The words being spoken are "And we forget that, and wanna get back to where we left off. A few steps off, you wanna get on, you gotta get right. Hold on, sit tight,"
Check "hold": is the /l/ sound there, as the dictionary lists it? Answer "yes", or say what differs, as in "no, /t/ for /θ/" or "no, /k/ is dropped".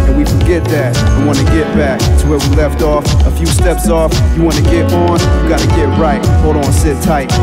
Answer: no, /l/ is dropped